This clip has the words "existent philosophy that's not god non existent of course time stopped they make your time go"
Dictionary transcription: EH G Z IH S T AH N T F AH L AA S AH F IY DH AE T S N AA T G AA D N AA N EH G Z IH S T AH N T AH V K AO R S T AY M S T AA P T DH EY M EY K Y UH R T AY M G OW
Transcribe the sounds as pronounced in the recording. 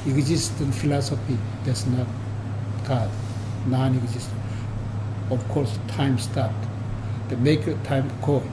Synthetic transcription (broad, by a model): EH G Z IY S T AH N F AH L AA S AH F IY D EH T S N AA T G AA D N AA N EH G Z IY S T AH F K AO R S T AY M S T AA T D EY M EY K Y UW T AY M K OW